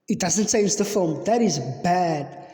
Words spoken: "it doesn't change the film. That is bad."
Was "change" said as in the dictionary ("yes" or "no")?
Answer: no